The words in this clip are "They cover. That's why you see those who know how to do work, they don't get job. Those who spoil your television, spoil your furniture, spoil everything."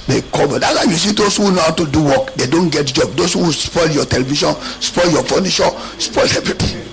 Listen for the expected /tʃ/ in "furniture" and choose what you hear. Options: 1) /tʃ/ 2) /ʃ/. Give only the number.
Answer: 2